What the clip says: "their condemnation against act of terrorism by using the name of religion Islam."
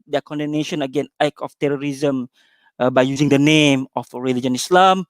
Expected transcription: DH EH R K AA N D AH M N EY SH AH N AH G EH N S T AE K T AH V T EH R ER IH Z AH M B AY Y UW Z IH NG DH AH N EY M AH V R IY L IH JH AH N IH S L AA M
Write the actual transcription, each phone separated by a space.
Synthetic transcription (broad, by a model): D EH K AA N D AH N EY SH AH N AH G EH N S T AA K AH F T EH R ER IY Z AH M B AY Y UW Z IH NG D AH N EY M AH F R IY L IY JH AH N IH S L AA M